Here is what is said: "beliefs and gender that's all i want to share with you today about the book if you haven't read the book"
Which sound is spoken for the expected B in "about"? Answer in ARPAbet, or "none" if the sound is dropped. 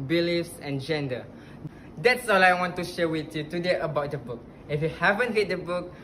B